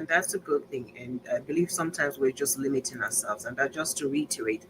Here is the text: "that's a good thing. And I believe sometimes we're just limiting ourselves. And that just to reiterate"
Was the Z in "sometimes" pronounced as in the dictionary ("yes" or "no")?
yes